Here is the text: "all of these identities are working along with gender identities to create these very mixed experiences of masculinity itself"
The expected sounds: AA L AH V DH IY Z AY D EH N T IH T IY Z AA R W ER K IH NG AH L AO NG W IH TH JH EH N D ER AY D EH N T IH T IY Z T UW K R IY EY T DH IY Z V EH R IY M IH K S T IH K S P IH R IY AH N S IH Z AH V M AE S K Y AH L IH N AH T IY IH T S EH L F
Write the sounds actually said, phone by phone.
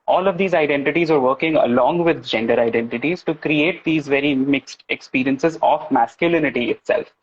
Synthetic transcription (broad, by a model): AA L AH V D IY Z AY D EH N T IH T IY Z AA R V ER K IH NG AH L AO NG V IH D JH EH N D ER AY D EH N T IH T IY Z T UW K R IY EY T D IY Z V EH R IY M IH K S T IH K S P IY R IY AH N S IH Z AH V M AE S K Y AH L IH N AH T IY IH T S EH L F